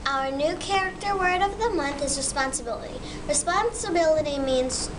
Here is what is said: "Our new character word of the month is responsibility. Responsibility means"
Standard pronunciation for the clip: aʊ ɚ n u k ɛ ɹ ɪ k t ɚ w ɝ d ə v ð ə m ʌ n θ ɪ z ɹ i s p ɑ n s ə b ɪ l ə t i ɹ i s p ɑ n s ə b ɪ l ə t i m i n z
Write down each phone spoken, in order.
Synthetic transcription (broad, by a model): aʊ ɚ n u k ɛ ɹ ɪ k t ɚ w ɝ d ə v ð ə m ʌ n θ ɪ z ɹ i s p ɑ n s ə b ɪ l ə t i ɹ i s p ɑ n s ə b ɪ l ə t i m i n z